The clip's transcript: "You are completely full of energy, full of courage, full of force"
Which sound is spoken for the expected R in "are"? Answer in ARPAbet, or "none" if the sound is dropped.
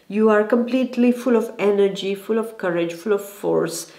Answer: R